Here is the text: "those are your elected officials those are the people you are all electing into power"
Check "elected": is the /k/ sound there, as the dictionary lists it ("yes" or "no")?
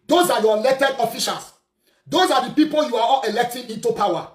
no